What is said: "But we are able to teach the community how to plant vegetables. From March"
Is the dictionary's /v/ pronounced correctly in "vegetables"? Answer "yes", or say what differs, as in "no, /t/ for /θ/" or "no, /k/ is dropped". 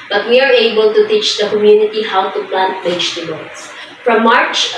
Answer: no, /b/ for /v/